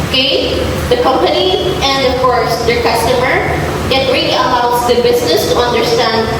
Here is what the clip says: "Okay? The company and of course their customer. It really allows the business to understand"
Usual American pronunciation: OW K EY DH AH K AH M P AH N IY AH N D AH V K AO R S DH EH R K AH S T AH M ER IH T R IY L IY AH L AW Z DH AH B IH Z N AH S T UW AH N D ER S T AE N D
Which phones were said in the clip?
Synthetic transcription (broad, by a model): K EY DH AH K AH M P AH N IY AH N D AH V K AO R S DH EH R K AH S T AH M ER IH T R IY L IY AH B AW S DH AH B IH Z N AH S T UW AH N D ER S T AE N D